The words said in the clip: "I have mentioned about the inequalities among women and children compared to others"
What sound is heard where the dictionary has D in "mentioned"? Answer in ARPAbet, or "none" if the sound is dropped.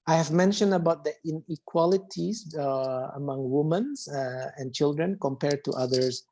D